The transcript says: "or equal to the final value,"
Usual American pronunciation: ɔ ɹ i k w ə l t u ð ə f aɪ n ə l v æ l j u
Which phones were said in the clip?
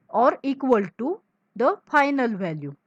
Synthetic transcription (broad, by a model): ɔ ɹ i k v ə l t u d ə f aɪ n ə l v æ l j u